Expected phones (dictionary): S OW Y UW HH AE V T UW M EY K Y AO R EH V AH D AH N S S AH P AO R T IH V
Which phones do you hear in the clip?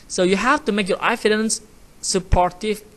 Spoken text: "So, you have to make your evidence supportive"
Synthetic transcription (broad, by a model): S OW Y UW HH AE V T UW M EY K Y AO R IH F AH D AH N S S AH P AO R T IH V